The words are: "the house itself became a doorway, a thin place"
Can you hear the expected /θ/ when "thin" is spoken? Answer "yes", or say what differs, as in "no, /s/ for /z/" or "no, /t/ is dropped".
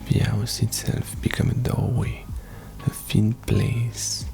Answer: no, /f/ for /θ/